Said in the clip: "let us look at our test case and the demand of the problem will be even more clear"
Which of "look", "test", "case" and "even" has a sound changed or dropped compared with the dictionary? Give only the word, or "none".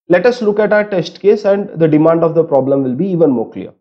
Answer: none